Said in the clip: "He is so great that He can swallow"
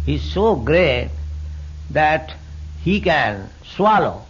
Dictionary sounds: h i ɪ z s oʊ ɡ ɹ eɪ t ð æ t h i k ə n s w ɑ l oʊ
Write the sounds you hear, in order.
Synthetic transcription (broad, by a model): h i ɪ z s oʊ ɡ ɹ eɪ t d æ t h i k ə n s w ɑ l oʊ